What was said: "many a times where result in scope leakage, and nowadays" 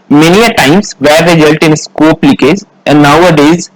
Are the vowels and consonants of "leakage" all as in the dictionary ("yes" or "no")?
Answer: no